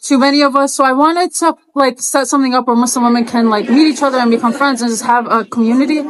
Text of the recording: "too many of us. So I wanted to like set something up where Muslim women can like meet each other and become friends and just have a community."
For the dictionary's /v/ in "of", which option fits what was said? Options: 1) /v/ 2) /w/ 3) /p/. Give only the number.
1